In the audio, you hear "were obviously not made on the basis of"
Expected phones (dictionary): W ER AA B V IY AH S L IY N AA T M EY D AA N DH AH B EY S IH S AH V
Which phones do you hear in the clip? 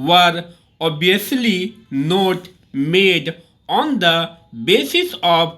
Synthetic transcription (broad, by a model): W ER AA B IY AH S L IY N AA T M EY D AA N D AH B EY S IH S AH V